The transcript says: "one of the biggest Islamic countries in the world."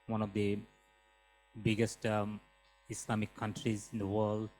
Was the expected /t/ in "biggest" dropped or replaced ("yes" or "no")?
no